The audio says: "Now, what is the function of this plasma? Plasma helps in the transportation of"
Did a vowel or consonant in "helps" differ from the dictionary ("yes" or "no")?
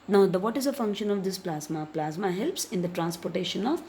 no